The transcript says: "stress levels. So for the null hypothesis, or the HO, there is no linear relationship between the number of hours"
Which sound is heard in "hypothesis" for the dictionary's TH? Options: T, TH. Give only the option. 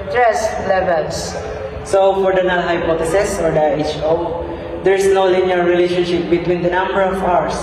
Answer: T